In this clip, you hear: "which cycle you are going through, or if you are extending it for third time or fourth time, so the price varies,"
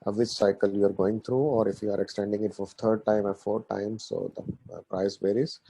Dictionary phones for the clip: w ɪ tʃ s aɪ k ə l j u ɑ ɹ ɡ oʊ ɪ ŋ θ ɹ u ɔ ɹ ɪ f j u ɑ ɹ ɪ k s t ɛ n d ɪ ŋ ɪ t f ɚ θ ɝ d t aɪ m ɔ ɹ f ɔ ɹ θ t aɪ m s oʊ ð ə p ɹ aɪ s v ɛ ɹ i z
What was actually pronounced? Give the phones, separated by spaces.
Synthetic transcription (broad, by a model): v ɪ tʃ s aɪ k ə l j u ɑ ɹ ɡ oʊ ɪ ŋ t ɹ u ɔ ɹ ɪ f j u ɑ ɹ ɪ k s t ɛ n d ɪ ŋ ɪ t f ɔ t ɝ d t aɪ m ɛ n f ɔ ɹ t aɪ m s oʊ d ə p ɹ aɪ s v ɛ ɹ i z